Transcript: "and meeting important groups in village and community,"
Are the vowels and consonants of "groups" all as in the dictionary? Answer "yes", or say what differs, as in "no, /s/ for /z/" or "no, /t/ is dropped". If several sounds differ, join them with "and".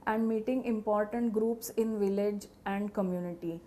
yes